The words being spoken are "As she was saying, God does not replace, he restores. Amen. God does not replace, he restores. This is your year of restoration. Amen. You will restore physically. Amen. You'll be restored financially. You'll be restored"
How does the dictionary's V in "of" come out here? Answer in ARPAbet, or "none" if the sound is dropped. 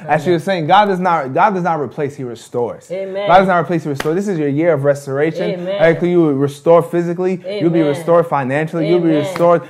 V